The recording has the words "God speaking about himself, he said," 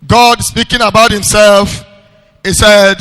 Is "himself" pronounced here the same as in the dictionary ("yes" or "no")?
yes